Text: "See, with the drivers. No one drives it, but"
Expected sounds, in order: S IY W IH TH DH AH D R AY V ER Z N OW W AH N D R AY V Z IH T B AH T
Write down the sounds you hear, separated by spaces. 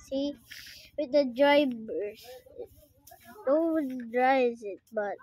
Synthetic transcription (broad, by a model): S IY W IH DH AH D R AY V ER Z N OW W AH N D R AY Z IH T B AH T